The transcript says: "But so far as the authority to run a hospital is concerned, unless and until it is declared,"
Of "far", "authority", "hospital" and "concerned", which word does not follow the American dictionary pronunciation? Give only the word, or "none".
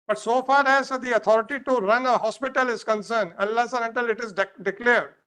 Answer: authority